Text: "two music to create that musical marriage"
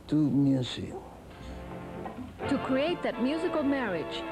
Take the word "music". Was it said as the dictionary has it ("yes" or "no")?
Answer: no